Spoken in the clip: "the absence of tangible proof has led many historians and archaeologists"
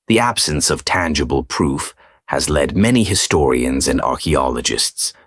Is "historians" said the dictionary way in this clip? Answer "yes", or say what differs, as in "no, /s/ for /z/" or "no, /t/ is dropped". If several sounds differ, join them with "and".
yes